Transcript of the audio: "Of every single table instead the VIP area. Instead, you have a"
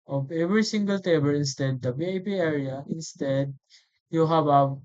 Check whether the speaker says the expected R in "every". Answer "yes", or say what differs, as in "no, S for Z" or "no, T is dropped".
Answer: yes